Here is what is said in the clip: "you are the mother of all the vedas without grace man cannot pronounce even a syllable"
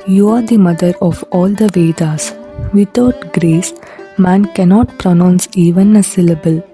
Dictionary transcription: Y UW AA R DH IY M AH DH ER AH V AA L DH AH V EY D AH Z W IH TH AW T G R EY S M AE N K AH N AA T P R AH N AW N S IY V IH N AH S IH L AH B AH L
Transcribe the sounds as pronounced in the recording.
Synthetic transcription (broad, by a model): Y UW AA R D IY M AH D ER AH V AA L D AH V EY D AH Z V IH T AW T G R EY S M AE N K AH N AA T P R AH N AW N S IY V IH N AH S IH L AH B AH L